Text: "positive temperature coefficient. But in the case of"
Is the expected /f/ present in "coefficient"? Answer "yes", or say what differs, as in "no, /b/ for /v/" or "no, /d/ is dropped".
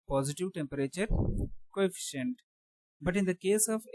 yes